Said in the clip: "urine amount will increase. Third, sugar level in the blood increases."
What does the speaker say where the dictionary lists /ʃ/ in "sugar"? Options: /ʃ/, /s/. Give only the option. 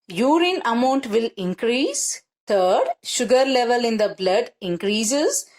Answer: /ʃ/